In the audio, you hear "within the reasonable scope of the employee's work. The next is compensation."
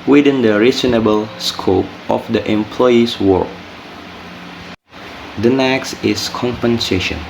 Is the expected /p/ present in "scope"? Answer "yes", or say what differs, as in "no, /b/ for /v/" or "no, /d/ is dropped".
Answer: yes